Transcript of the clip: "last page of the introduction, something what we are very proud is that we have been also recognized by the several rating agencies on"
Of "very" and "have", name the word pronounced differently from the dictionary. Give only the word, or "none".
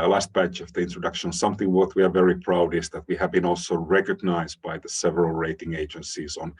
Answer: none